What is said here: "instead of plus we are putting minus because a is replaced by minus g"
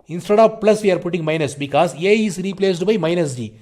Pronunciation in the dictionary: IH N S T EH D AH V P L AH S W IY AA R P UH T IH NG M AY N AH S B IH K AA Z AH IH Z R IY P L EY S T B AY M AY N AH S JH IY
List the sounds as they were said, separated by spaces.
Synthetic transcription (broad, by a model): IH N S T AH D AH P P L AH S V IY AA R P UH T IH NG M AY N AH S B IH K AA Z AH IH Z R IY P L EY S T B AY M AY N AH S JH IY